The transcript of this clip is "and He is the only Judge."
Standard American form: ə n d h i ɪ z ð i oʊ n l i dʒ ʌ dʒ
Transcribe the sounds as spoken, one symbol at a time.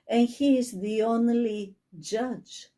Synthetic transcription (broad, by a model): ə n h i ɪ z ð i oʊ n l i dʒ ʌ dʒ